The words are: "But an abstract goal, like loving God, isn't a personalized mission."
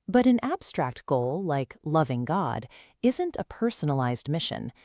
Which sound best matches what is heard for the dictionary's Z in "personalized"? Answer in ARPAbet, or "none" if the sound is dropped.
Z